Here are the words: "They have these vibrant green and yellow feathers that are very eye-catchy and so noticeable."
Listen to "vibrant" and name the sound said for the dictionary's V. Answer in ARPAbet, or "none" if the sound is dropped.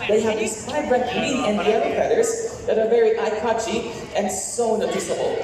F